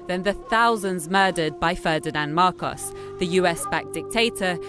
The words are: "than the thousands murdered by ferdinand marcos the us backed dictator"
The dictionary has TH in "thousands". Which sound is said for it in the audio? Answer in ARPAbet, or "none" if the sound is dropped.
TH